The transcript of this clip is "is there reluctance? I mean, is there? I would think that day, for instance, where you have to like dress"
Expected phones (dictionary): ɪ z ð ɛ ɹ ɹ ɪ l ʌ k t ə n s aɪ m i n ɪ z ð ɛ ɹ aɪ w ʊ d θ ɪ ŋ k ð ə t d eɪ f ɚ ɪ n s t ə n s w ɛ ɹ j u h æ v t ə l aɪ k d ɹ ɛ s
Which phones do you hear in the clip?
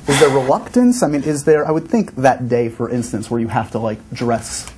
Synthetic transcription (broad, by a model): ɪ z ð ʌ ɹ ɹ ɪ l ʌ k t ə n s aɪ m i n ɪ z ð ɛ ɹ aɪ w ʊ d θ ɪ ŋ k ð ə t d eɪ f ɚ ɪ n s t ə n s w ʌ ɹ j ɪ h æ f t ə l aɪ k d ɹ ɛ s